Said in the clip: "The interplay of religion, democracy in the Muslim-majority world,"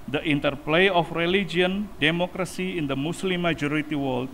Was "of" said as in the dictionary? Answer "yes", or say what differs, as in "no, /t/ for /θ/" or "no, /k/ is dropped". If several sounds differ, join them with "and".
no, /f/ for /v/